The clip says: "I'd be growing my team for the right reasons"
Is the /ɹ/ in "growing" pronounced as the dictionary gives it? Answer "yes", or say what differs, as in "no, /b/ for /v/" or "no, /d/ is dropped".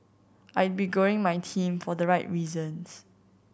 no, /ɹ/ is dropped